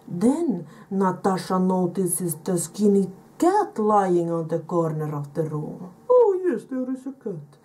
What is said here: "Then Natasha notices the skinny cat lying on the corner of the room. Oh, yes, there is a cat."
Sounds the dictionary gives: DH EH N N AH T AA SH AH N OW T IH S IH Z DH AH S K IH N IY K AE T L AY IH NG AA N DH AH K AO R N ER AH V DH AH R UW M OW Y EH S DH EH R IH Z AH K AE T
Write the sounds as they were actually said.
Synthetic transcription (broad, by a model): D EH N N AH T AA SH AH N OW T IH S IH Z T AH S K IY N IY K AE T L AY IH NG AA N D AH K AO R N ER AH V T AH R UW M OW Y EH S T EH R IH S AH K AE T